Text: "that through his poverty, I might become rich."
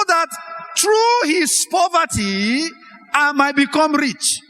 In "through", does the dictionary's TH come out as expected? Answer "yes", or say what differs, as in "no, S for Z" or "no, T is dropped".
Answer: no, T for TH